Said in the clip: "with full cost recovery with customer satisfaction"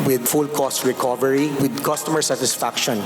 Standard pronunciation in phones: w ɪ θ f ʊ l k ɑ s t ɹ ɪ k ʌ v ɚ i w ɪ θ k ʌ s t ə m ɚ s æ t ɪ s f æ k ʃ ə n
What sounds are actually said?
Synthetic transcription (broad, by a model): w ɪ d f ʊ l k ɑ s t ɹ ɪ k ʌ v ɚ i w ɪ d k ʌ s t ə m ɚ s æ t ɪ s f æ k ʃ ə n